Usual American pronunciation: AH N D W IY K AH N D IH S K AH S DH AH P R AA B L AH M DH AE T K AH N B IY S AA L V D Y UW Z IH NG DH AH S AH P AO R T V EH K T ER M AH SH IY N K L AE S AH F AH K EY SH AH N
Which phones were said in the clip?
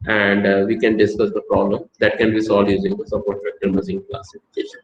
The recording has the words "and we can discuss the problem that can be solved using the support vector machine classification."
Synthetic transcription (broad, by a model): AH N D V IY K AH N D IH S K AH S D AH P R AA B L AH M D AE T K AH N B IY S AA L D Y UW Z IH NG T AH S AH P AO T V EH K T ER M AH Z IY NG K L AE S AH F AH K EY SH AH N